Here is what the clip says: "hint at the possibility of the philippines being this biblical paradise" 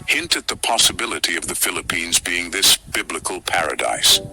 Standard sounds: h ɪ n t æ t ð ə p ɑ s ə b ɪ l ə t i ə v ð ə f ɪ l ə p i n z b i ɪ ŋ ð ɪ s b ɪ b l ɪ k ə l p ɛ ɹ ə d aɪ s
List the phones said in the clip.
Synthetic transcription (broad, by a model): h ɪ n t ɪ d ð ə p ɑ s ə b ɪ l ə t i ə v ð ə f ɪ l ə p i n z b i ɪ ŋ ð ɪ s b ɪ b l ɪ k ə l p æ ɹ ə d aɪ s